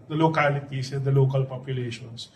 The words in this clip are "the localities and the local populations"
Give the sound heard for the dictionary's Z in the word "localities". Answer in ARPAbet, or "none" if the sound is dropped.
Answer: S